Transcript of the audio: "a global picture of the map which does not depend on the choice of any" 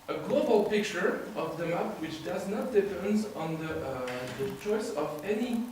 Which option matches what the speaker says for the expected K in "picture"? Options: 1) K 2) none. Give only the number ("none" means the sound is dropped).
1